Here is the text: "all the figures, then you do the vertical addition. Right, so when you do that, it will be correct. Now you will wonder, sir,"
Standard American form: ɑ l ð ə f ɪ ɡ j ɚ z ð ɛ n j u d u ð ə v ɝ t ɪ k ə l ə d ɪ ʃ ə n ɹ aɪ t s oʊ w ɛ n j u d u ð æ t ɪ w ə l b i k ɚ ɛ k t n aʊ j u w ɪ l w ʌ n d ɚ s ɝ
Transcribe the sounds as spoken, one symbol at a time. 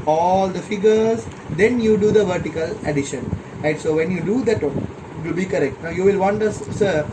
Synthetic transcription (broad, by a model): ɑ l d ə f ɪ ɡ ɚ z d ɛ n j u d u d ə v ɝ t ɪ k ə l ə d ɪ ʃ ə n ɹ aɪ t s oʊ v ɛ n j u d u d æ t ɪ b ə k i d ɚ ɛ k t n aʊ j u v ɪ l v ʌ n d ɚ s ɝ